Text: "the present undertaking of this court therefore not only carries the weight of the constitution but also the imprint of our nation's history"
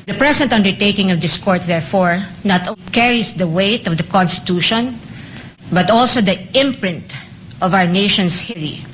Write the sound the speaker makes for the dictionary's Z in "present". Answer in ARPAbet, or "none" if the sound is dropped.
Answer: S